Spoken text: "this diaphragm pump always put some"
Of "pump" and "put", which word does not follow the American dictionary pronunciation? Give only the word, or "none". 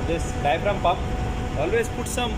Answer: pump